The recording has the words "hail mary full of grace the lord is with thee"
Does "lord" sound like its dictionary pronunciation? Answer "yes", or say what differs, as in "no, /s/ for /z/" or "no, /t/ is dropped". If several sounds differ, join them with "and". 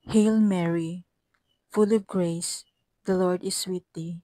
yes